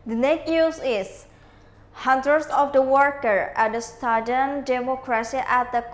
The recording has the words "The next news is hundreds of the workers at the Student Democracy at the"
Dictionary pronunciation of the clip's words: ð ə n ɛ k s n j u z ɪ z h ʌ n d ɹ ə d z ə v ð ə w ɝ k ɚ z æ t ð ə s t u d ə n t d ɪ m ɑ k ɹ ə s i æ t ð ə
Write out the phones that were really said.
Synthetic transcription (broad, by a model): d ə n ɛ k n j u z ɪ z h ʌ n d ɹ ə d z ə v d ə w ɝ k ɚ æ t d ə s t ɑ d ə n d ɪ m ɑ k ɹ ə s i æ t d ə